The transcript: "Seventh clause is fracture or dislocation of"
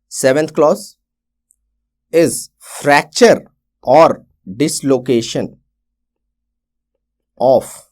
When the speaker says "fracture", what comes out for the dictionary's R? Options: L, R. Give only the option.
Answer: R